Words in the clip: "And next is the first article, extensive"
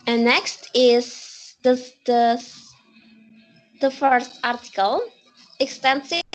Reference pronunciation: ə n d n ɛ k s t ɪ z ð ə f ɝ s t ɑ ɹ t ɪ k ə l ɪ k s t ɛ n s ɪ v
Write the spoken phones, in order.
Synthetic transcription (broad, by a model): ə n n ɛ k s t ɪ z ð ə f ɝ s t ɑ ɹ t ɪ k ə l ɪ k s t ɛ n s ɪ